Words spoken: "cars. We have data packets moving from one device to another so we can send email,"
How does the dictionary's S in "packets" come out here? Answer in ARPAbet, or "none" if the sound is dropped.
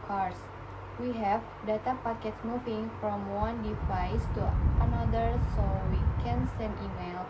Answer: none